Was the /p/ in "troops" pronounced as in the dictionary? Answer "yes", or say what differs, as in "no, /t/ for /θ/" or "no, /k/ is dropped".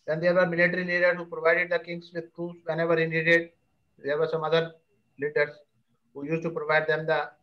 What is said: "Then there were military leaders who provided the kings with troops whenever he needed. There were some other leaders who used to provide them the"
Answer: no, /p/ is dropped